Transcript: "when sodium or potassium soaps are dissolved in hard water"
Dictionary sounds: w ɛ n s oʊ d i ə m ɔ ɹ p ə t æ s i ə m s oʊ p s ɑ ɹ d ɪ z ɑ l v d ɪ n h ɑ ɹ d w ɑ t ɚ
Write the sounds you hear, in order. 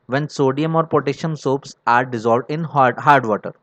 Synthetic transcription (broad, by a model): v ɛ n s oʊ d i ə m ɔ ɹ p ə t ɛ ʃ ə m s oʊ p s ɑ ɹ d ɪ z ɑ l v d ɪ n h ɑ ɹ d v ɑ t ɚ